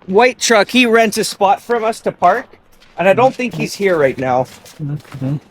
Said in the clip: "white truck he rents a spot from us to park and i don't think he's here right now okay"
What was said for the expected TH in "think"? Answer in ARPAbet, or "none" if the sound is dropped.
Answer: TH